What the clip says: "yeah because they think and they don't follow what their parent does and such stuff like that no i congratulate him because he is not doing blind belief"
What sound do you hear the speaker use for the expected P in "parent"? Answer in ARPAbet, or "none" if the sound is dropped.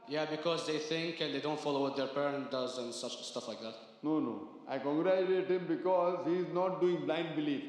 P